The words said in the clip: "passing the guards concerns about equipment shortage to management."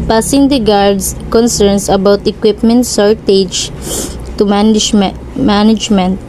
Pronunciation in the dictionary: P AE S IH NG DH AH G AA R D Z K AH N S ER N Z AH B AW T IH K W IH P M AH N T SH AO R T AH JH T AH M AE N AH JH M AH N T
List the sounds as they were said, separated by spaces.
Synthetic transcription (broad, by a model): P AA S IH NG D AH G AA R D S K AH N S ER N S AH B AW T IH K W IH P M AH N T S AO R T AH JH T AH M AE N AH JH M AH N T